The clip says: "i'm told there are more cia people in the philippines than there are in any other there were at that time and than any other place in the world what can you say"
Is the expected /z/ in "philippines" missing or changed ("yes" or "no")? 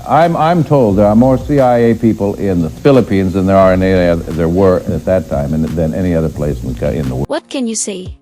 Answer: no